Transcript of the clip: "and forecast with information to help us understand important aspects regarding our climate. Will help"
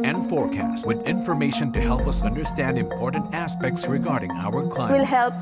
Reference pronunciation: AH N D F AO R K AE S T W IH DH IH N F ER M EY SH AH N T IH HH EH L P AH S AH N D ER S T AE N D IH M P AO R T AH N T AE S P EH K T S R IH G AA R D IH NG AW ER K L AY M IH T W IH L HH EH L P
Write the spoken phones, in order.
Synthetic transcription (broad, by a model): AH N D F AO R K AE S T W IH DH IH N F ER M EY SH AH N T IH HH EH L P AH S AH N D ER S T AE N D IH M P AO R T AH N T AE S P EH K T S R IH G AA R D IH NG AW ER K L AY IH W IH L HH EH L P